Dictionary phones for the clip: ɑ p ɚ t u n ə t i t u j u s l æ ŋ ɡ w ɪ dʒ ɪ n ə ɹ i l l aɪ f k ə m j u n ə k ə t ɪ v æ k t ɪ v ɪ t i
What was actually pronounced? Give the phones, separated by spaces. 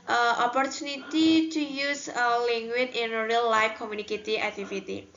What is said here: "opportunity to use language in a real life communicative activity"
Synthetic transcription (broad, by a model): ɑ p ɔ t u n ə t i t u j u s l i ŋ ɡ w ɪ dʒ ɪ n ə ɹ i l l aɪ f k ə m j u n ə k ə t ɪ æ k t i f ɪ t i